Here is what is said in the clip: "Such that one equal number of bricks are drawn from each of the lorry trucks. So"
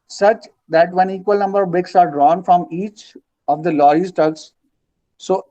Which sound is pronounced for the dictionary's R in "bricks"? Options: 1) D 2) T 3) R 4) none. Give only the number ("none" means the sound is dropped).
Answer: 4